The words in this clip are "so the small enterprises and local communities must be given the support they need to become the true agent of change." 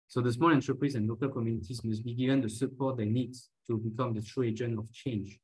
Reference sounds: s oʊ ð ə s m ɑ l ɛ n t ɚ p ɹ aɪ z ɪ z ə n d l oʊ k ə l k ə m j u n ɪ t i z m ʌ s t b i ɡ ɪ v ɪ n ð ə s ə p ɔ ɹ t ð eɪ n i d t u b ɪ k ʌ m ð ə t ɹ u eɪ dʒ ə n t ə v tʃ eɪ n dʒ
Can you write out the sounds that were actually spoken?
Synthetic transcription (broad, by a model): s oʊ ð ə s m ɑ l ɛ n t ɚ p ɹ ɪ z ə n l oʊ k ə l k ə m j u n ɪ t i z m ʌ s t b i ɡ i v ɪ n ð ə s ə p ɔ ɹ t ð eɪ n i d t u b ɪ k ʌ m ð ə t ɹ u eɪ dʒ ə n ə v tʃ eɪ n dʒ